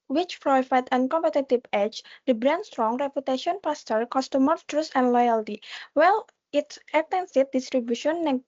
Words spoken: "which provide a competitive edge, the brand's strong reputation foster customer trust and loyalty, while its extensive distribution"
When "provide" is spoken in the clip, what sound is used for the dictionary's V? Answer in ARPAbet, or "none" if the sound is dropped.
F